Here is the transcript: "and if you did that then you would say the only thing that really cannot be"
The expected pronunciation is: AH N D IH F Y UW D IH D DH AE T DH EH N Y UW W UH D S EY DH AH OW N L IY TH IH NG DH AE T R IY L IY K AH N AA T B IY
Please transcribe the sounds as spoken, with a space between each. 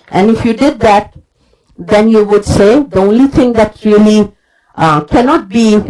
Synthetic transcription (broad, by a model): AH N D IH F Y UW D IH D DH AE T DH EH N Y UW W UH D S EY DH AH OW N L IY T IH NG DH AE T R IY L IY K AH N AA T B IY